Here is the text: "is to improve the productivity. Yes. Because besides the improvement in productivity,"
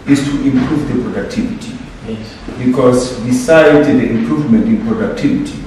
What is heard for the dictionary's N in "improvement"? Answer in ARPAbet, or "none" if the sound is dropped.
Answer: N